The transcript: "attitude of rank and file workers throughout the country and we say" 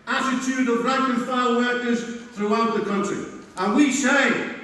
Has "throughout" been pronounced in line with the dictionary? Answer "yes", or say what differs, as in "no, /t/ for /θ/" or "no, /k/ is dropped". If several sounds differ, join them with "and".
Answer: yes